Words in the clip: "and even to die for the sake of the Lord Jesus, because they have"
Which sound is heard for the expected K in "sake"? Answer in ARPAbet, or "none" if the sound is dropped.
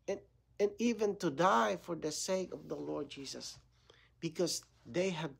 K